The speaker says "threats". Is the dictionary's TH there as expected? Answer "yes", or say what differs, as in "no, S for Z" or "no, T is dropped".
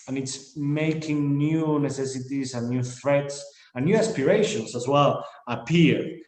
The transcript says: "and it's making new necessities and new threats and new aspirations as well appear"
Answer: yes